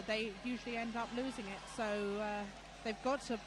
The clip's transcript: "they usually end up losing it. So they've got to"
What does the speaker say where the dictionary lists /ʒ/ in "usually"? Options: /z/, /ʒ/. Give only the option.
/ʒ/